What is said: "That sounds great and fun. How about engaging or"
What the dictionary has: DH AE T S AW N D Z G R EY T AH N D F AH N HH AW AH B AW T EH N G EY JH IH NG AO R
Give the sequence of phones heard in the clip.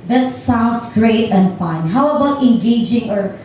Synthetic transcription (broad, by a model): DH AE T S AW N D S G R EY T AH N D F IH N HH AW AH B AW T EH N G EY JH IH NG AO R